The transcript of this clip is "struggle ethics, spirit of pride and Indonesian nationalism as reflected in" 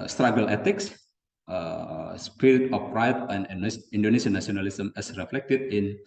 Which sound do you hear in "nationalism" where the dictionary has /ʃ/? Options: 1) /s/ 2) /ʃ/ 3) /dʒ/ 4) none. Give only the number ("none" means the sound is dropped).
1